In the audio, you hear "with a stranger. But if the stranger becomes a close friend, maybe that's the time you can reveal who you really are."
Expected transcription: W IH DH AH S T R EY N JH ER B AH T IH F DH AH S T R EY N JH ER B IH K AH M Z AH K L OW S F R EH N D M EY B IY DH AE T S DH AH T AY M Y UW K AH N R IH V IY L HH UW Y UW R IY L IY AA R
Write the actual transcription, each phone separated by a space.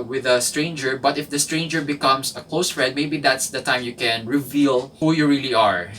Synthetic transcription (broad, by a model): W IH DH AH S T R EY N JH ER B AH T IH F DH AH S T R EY N JH ER B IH K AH M S AH K L OW S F R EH D M EY B IY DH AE T S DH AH T AY M Y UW K AH N R IH V IY L HH UW Y UW R IY L IY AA R